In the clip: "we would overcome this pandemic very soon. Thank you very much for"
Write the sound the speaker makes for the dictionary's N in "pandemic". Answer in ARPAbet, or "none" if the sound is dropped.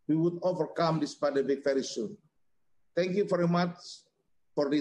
none